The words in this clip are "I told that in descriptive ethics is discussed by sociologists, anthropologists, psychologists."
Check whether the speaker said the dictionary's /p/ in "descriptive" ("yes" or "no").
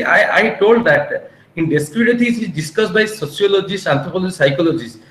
no